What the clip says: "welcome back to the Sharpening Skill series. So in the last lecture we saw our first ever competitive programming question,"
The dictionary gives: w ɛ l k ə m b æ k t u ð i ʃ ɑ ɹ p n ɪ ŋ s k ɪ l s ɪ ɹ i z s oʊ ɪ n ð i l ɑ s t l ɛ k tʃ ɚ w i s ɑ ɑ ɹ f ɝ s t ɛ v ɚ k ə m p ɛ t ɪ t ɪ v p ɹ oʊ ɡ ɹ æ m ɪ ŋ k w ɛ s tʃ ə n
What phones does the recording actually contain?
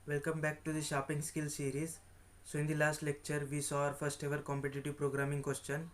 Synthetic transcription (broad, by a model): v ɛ l k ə m b æ k t u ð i ʃ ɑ p ɪ ŋ s k ɪ l s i ɹ i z s oʊ ɪ n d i l ɑ s t l ɛ k tʃ ɚ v i s ɑ ɑ ɹ f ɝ s t ɛ v ɚ k ə m p ɛ t ɪ t ɪ v p ɹ oʊ ɡ ɹ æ m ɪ ŋ k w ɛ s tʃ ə n